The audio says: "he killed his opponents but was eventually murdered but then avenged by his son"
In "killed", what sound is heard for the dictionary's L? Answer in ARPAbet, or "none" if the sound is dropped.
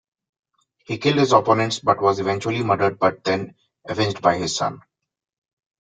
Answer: L